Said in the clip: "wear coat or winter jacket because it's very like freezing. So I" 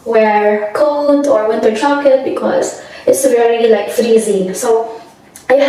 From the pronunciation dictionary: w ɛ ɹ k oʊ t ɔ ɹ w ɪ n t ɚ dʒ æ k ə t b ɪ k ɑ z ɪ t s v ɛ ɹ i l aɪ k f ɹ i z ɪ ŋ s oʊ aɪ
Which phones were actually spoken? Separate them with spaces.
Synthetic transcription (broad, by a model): w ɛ ɹ k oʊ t ɔ ɹ w ɪ n t ɚ tʃ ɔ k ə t b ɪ k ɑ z ɪ t s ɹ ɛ l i l aɪ k f ɹ i z ɪ ŋ s oʊ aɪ